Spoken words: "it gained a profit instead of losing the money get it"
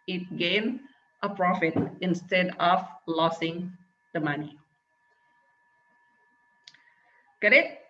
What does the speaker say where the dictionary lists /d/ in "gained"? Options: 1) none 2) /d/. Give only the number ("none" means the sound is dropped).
1